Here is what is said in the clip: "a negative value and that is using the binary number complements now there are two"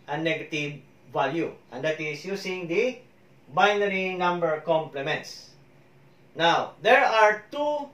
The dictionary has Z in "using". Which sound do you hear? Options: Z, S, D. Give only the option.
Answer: S